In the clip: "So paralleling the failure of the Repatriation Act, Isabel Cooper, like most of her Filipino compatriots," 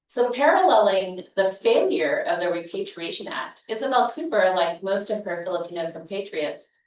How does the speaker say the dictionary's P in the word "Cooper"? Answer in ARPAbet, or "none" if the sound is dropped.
B